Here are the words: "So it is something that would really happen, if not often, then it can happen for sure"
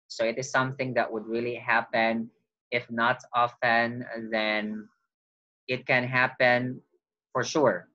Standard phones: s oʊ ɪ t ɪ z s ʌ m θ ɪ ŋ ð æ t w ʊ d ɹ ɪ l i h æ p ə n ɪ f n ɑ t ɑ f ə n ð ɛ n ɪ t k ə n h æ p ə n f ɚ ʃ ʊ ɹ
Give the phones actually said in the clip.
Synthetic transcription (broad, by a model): s oʊ ɪ t ɪ z s ʌ m θ ɪ ŋ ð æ t w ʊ d ɹ ɪ l i h æ p ə n ɪ f n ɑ t ɑ f ə n ð ɛ n ɪ t k ə n h æ p ə n f ɚ ʃ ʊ ɹ